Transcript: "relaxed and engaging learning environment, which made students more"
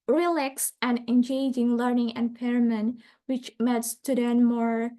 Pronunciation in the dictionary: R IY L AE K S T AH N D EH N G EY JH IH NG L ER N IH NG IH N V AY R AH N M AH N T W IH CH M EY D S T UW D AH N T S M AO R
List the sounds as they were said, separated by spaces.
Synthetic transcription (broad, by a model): R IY L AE K S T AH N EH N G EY JH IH NG L ER N IH NG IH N P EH R M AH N W IH CH M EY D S T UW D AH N M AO R